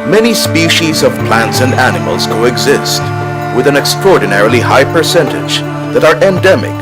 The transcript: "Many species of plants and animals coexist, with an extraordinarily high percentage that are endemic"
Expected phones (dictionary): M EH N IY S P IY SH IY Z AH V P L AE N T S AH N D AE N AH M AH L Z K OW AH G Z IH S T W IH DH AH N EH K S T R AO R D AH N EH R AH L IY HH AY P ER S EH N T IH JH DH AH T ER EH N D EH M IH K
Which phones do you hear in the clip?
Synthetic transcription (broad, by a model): M EH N IY S P IY SH IY Z AH V P L AE N T S AH N D AE N AH M AH L Z K OW AH G Z IH S T W IH DH AH N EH K S T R AO R D N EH R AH L IY HH AY P ER S EH N T IH JH DH AH T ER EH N D EH M IH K